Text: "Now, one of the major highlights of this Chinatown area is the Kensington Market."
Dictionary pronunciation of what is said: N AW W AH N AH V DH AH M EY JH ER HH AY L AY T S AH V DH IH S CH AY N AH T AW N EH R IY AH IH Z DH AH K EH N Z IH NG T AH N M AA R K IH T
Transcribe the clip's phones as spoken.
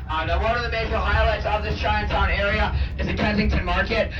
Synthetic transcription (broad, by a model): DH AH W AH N AH V DH AH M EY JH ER HH AY L AY T S AH V DH IH S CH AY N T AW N EH R IY AH IH Z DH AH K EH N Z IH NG T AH N M AA R K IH T